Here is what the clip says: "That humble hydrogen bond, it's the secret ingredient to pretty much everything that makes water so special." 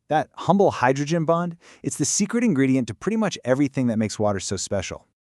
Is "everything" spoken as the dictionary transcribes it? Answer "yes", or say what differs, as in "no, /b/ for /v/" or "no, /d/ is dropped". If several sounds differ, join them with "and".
yes